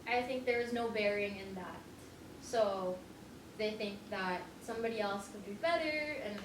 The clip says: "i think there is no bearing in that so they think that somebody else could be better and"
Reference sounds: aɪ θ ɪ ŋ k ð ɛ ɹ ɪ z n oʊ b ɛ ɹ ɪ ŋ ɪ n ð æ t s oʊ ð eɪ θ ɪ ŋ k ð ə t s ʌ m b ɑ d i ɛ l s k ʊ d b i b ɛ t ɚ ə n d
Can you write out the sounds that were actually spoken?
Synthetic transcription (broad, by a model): aɪ θ ɪ ŋ k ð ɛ ɹ ɪ z n oʊ b ɛ ɹ ɪ ŋ ɪ n ð æ t s oʊ ð eɪ θ ɪ ŋ k ð ə t s ʌ m b ɑ d i ɛ l s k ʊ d b i b ɛ t ɚ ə n